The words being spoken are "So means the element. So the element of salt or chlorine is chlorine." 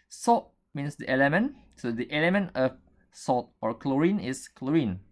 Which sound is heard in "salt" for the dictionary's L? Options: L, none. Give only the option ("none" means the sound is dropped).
none